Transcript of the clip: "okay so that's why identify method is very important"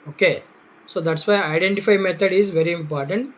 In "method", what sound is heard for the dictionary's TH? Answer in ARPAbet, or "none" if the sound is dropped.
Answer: T